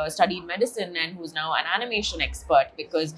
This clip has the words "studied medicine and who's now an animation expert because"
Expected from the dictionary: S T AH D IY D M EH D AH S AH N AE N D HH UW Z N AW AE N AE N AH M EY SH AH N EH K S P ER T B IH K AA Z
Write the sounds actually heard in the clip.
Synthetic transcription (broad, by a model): S T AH D IY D M EH D AH S AH N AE N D HH UW Z N AW AE N AE N AH M EY SH AH N EH K S P ER T B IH K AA Z